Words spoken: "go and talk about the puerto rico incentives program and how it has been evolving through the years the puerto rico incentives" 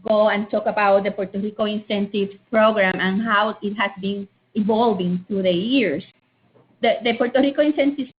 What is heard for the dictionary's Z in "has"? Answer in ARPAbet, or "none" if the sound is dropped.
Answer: S